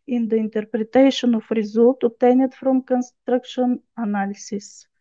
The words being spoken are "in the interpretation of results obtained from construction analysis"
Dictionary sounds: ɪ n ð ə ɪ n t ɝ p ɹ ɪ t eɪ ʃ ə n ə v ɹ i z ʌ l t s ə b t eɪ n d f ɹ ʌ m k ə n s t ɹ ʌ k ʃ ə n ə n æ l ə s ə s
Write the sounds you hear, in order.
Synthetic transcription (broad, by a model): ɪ n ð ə ɪ n t ɝ p ɹ ɪ t eɪ ʃ ə n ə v ɹ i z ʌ l t ə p t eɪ n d f ɹ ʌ m k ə n s t ɹ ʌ k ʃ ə n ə n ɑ l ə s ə s